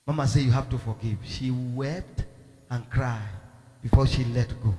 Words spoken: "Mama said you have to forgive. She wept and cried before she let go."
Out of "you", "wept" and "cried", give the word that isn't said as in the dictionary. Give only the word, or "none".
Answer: none